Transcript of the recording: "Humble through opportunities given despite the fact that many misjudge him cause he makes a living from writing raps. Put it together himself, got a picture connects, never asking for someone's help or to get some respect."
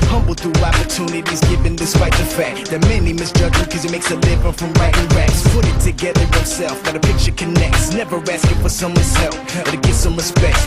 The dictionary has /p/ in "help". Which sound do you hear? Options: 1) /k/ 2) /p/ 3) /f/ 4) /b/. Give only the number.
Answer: 3